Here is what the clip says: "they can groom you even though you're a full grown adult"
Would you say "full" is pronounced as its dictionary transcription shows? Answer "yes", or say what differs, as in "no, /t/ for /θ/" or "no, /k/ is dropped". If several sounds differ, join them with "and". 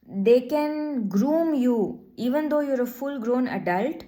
yes